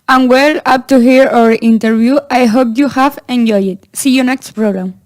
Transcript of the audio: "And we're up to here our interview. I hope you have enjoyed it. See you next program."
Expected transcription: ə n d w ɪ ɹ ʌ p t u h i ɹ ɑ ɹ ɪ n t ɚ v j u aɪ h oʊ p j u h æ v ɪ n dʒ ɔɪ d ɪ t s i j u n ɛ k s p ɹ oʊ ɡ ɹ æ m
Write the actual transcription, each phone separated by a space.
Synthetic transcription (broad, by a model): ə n w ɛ l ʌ p t u h i ɹ ɑ ɹ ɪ n t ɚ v j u aɪ h oʊ p j u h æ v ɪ n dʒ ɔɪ ɪ t s i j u n ɛ k s p ɹ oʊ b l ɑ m